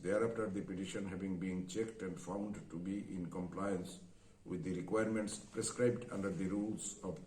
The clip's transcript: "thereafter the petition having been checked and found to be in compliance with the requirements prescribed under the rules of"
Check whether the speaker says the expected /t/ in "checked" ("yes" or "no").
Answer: yes